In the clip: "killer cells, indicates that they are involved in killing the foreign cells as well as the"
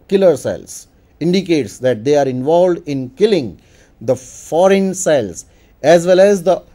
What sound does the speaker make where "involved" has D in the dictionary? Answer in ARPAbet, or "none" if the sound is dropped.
D